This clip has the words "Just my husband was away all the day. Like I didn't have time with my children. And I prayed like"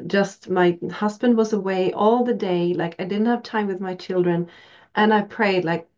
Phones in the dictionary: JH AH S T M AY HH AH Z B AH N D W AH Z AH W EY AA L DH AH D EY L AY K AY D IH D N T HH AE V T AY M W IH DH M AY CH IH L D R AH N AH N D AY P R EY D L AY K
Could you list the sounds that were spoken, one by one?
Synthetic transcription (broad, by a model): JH AH S T M AY HH AH Z B AH N D W AH Z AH W EY AA L DH AH D EY L AY K AY D IH D N T HH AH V T AY M W IH DH M AY CH IH L D R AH N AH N AY P R EY D L AY K